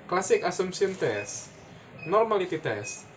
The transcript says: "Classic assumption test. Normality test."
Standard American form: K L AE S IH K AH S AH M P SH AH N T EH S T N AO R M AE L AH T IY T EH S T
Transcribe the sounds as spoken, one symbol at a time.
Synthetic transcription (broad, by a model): K L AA S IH K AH S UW M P S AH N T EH S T N AO R M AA L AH T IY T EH S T